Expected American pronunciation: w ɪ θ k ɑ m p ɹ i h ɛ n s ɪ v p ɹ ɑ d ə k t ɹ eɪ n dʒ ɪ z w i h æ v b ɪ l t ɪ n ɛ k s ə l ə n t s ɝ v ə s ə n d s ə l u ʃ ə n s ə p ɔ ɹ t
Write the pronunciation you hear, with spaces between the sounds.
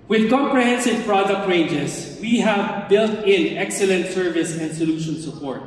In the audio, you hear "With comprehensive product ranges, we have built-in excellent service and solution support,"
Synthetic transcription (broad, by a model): w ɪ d k ɑ m p ɹ i h ɛ n s ɪ v p ɹ ɑ d ə k t ɹ eɪ n dʒ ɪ s w i h æ v b ɪ l t ɪ n ɛ k s ə l ə n t s ɝ v ə s ə n d s ə l u ʃ ə n s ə p ɔ ɹ t